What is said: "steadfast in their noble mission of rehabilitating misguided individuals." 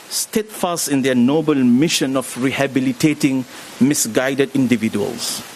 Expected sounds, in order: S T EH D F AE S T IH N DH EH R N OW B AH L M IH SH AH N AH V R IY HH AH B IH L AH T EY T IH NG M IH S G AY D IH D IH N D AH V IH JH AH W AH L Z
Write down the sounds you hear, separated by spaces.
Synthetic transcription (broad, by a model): S T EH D F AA S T IH N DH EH N OW B AH L M IH SH AH N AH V R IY HH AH B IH L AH T EY T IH NG M IH S G AY D IH D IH N D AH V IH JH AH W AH L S